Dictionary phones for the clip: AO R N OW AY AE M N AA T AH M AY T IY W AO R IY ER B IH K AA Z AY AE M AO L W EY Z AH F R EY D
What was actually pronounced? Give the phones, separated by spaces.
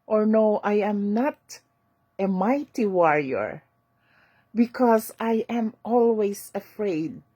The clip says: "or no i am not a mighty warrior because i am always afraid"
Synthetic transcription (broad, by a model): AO R N OW AY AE M N AA T AH M AY T IY W AO R IY ER B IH K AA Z AY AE M AO L W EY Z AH F R EY D